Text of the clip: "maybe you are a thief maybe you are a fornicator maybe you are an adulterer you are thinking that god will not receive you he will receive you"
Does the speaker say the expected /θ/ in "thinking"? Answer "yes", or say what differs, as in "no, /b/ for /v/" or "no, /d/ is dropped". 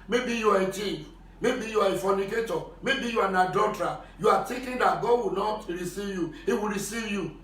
no, /t/ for /θ/